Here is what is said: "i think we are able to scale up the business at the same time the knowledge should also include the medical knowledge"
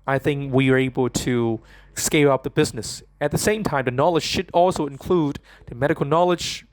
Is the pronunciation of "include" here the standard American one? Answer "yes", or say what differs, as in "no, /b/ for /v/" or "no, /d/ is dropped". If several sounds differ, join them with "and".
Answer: yes